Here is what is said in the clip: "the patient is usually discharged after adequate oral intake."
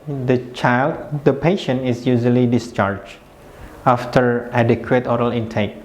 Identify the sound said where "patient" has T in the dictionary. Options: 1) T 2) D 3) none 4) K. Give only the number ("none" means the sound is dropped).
3